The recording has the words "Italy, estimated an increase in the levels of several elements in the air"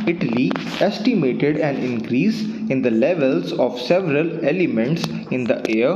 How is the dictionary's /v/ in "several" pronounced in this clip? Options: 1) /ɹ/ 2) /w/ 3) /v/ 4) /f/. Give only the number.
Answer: 3